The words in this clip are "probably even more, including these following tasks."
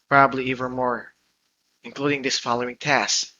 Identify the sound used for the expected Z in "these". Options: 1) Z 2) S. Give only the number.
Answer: 2